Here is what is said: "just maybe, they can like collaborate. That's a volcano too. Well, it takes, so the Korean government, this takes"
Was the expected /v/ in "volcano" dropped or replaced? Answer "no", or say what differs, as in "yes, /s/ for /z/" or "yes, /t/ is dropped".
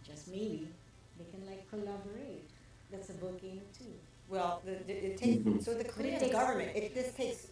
yes, /b/ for /v/